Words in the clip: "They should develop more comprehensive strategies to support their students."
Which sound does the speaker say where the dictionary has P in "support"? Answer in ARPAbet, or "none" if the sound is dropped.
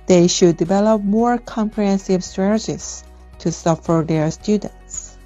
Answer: F